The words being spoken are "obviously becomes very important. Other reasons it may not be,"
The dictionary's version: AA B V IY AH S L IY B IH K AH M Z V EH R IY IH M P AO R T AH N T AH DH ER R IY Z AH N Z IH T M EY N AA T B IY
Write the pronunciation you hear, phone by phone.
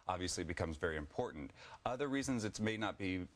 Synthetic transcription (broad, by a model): AA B V IY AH S L IY B IH K AH M Z V EH R IY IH M P AO R T N T AH DH ER R IY Z AH N Z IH T M EY N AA T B IY